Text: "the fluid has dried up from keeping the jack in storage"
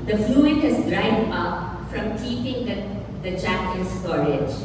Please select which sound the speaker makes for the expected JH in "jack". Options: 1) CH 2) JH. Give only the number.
1